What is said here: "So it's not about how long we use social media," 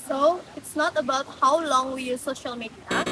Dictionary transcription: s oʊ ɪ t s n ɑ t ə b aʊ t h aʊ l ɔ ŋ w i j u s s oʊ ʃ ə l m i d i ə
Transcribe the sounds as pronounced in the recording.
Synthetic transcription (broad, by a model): s oʊ ɪ t s n ɑ t ə b aʊ t h aʊ l ɔ ŋ w i j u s s oʊ ʃ ə l m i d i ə